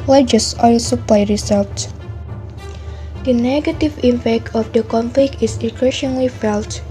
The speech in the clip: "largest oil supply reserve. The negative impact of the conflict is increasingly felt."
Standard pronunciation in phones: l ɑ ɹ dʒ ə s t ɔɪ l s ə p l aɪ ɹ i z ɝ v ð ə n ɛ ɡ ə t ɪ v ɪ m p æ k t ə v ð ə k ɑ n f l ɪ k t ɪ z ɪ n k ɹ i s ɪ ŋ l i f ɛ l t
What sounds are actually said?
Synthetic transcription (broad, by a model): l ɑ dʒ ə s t ɔɪ l s ə p l aɪ ɹ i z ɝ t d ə n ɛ ɡ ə t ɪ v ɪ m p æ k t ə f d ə k ɑ n f l ɪ k t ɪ s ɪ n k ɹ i ʃ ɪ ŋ l i f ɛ l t